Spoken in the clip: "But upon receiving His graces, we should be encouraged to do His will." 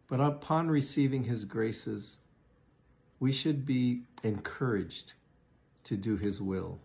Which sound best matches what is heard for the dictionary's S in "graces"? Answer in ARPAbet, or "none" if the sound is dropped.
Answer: S